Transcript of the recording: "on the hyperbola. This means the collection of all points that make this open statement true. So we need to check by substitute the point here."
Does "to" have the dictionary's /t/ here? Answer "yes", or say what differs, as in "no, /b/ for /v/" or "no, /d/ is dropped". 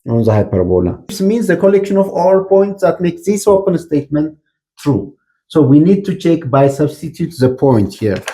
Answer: yes